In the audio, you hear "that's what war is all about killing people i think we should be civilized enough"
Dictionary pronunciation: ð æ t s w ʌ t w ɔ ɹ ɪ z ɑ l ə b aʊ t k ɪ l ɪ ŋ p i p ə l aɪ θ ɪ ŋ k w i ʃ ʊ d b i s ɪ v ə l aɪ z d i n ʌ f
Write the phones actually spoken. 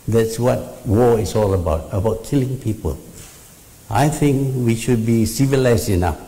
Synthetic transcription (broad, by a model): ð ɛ t s w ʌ t w ɔ l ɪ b ɑ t ə b aʊ t k ɪ l ɪ ŋ p i p ə l aɪ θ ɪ ŋ k w i ʃ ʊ d b i s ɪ v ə l aɪ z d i n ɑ f